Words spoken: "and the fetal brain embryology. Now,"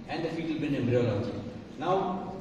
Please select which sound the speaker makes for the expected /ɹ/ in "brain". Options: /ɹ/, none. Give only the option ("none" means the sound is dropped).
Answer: none